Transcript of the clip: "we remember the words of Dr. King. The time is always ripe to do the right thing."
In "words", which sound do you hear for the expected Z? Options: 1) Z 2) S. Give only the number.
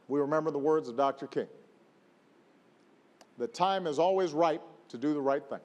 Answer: 1